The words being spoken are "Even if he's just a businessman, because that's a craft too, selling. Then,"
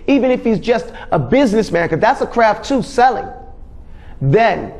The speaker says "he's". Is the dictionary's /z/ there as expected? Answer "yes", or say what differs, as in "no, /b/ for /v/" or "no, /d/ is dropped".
yes